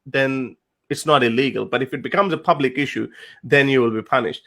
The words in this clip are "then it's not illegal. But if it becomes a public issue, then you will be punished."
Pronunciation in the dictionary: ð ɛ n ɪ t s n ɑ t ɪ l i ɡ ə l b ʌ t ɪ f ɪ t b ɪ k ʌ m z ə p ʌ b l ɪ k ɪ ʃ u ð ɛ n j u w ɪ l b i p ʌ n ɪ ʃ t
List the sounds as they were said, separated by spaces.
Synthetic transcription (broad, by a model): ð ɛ n ɪ t s n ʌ t ɪ l i ɡ ə l b ʌ t ɪ f ɪ t b ɪ k ʌ m z ə p ʌ b l ɪ k ɪ ʃ u ð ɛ n j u w ɪ l b i p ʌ n ɪ ʃ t